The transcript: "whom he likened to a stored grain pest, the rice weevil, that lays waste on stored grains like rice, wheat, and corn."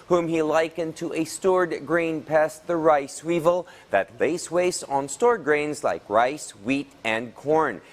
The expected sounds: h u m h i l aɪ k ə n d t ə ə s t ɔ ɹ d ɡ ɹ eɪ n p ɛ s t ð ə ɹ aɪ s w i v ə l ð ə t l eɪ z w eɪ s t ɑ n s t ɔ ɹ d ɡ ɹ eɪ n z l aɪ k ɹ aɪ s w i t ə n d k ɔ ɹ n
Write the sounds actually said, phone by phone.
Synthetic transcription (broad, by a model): h u m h i l aɪ k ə n t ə ə s t ɔ ɹ d ɡ ɹ eɪ n p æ s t ð ə ɹ aɪ s w i v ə l ð ə t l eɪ s w eɪ s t n s t ɔ ɹ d ɡ ɹ eɪ n z l aɪ k ɹ aɪ s w i t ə n k ɔ ɹ n